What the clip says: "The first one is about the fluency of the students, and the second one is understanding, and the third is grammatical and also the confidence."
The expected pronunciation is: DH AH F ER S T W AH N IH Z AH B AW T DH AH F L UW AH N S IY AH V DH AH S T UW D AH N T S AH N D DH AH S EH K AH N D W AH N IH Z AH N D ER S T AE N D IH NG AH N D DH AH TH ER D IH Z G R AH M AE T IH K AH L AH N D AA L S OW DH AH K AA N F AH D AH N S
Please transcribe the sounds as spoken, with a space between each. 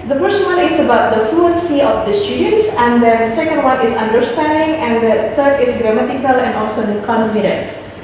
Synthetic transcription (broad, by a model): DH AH P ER S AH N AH L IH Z AH B AW T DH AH F L UW AH N S IY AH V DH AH S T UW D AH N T S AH N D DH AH S EH K AH N D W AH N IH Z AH N D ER S T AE N D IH NG AH N D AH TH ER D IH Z G R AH M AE T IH K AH L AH N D AA L S OW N K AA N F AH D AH N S